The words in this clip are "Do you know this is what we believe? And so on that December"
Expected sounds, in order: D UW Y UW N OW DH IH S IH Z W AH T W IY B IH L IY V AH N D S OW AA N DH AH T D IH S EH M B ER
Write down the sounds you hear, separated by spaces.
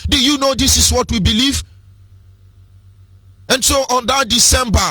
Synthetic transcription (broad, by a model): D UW Y UW N OW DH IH S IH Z W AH T W IY B IH L IY V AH N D S OW AA N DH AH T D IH S EH M B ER